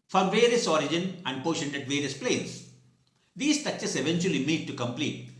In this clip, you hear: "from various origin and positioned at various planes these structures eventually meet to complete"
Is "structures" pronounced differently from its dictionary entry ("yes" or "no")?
yes